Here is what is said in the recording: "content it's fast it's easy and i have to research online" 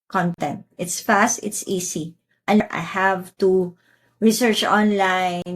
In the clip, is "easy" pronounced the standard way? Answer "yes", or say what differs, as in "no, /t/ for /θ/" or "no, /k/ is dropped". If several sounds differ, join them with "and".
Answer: no, /s/ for /z/